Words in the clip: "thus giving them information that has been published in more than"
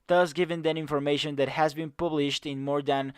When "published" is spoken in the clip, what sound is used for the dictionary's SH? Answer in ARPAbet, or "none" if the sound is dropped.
SH